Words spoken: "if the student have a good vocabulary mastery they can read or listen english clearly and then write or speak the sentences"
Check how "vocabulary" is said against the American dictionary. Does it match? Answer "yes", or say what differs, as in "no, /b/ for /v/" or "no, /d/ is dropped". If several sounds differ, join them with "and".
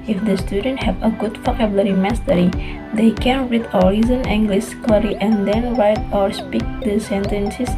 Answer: no, /f/ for /v/